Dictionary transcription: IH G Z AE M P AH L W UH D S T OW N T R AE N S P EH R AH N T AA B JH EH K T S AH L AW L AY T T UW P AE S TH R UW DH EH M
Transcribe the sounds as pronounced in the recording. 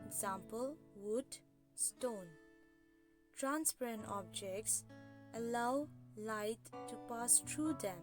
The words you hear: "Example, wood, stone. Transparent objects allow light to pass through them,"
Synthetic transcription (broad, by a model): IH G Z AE M P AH L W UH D S T OW N T R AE N S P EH R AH N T AA B JH EH K T S AH L AW L AY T T UW P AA S T R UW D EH M